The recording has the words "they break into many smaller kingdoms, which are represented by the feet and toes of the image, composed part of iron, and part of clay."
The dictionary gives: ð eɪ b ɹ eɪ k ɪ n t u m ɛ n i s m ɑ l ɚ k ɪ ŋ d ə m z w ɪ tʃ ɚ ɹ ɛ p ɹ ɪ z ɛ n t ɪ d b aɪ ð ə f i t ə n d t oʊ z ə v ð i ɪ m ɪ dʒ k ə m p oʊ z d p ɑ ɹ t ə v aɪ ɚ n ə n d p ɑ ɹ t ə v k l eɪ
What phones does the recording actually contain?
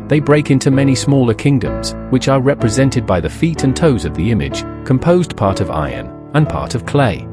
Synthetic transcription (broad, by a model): ð eɪ b ɹ eɪ k ɪ n t u m ɛ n i s m ɑ l ɚ k ɪ ŋ d ə m z w ɪ tʃ ɚ ɹ ɛ p ɹ ɪ z ɛ n t ɪ d b aɪ ð ə f i t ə n t oʊ z ə v ð i ɪ m ɪ dʒ k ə m p oʊ z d p ɑ ɹ t ə v aɪ ɚ n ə n p ɑ ɹ t ə v k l eɪ